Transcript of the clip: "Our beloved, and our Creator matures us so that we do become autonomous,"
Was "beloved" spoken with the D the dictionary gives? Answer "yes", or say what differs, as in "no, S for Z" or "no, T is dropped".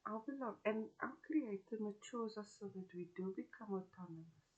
no, D is dropped